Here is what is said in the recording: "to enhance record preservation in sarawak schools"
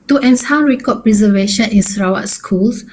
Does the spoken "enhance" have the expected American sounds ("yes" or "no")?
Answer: no